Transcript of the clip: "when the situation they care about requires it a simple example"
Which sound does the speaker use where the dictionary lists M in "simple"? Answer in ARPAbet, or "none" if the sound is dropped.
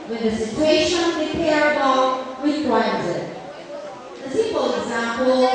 none